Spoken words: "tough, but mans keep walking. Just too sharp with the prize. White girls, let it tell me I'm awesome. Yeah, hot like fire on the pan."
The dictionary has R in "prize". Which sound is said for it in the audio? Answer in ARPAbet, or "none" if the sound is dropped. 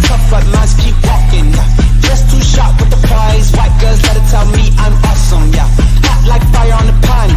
none